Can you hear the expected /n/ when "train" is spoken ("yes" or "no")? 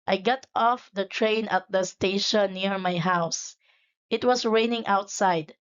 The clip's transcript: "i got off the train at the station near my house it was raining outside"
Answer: yes